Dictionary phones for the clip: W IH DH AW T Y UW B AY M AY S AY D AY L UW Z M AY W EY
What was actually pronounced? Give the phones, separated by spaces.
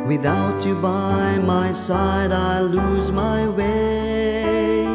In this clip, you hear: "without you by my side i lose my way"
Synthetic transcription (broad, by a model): W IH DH AW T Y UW B AY M AY S AY D AY L UW Z M AY W EY